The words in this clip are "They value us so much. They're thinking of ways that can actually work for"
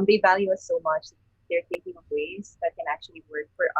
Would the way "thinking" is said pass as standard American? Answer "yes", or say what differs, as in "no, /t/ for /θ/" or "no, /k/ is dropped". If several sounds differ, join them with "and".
no, /t/ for /θ/ and /ŋ/ is dropped